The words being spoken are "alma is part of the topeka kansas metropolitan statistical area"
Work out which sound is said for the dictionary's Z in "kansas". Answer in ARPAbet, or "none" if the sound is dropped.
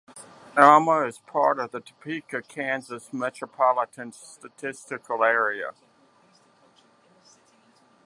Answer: Z